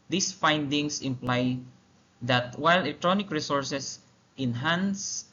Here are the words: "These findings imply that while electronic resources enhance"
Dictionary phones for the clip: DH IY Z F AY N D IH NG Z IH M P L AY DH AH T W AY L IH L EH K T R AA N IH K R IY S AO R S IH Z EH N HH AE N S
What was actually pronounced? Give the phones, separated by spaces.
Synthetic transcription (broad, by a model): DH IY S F AY N D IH NG S IH M P L AY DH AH T W AY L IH L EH K T R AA N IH K R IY S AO R S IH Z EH N HH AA N S